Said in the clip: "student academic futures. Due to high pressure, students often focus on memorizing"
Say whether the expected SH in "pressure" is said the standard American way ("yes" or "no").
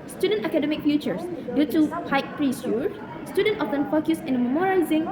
no